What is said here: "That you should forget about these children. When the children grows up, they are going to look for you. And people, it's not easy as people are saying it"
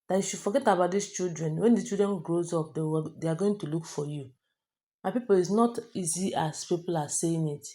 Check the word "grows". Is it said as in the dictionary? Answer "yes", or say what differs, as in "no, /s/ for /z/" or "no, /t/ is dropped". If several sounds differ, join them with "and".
yes